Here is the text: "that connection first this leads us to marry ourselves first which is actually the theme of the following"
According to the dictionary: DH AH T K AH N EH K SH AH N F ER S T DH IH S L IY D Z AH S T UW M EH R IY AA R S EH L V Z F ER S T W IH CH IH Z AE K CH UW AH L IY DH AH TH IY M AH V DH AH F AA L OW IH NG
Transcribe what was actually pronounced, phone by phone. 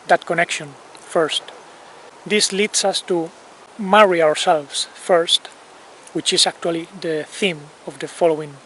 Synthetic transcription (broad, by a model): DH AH T K AH N EH K SH AH N F ER S T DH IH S L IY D S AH S T UW M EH R IY AA R S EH L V S F ER S T W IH CH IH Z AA K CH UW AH L IY DH AH TH IY M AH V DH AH F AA L OW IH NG